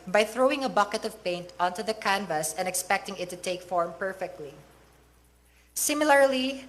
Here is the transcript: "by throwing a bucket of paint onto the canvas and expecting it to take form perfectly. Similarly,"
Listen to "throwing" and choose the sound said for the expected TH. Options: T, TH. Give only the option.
TH